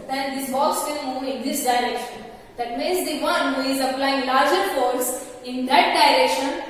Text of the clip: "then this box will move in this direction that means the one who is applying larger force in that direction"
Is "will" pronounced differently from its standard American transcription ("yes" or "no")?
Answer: yes